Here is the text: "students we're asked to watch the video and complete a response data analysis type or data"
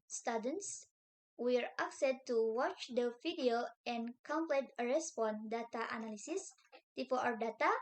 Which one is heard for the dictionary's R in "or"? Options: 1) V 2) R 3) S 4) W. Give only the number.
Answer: 4